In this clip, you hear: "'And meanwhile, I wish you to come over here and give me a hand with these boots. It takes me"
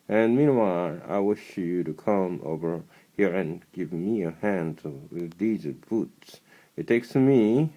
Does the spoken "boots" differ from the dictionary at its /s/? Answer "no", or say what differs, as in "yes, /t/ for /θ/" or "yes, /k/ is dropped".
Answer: no